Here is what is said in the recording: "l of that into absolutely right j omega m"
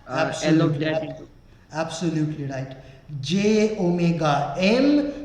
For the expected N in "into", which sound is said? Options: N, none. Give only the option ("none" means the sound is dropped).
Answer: none